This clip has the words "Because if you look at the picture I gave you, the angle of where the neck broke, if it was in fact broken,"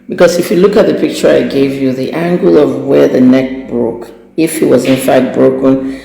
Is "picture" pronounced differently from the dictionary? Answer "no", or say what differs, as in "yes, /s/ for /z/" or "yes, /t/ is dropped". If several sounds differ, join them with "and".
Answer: no